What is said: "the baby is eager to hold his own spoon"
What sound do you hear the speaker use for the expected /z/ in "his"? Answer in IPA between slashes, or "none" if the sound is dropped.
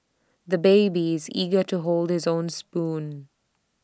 /z/